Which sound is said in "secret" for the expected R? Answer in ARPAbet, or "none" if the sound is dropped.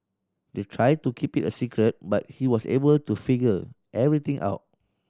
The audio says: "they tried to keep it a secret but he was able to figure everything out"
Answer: R